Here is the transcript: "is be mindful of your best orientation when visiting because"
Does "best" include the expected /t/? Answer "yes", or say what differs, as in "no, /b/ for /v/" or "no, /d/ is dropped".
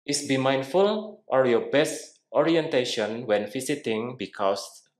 yes